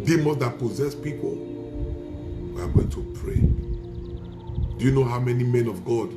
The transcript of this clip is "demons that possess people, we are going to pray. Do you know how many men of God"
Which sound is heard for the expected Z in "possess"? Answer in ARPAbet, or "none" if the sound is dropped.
Z